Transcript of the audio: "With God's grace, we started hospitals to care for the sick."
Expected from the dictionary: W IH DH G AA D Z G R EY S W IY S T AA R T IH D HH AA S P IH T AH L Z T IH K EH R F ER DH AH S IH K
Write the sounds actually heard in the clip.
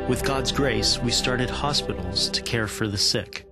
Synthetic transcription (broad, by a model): W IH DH G AA D Z G R EY S W IY S T AA R T IH D HH AA S P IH T L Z T IH K EH R F ER DH AH S IH K